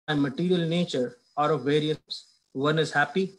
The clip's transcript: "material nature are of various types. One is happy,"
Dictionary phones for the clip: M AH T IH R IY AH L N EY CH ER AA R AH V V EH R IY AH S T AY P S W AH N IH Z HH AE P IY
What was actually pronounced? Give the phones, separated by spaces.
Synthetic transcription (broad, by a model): M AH T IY R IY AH L N EY CH ER AA R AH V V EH R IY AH T S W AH N IH Z HH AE P IY